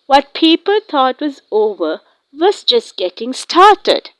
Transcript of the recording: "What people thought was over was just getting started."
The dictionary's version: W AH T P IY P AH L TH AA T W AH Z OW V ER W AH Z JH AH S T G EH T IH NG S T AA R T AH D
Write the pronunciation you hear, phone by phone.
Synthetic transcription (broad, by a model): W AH T P IY P AH L T AA T W AH Z OW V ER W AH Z JH AH S T G EH T IH NG S T AA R T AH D